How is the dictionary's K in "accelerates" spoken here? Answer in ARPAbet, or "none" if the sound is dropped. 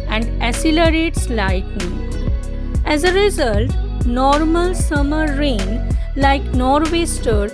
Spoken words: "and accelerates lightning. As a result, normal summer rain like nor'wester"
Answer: none